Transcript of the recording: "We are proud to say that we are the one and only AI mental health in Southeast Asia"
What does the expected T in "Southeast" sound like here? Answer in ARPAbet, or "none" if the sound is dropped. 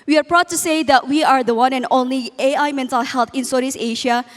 none